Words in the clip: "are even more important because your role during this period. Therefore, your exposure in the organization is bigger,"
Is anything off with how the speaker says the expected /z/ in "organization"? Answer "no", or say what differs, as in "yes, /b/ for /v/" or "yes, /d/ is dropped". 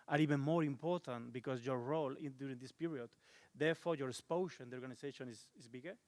yes, /s/ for /z/